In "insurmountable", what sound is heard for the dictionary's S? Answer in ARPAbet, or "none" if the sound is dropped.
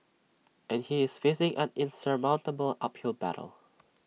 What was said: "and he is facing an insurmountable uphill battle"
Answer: S